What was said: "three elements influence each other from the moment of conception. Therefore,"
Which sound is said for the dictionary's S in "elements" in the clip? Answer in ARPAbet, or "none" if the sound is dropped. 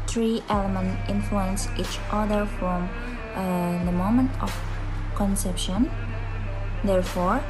none